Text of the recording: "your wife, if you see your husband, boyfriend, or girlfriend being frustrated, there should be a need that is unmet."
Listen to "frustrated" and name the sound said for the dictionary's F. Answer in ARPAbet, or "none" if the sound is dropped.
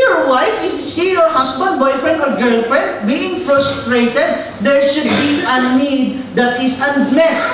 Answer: P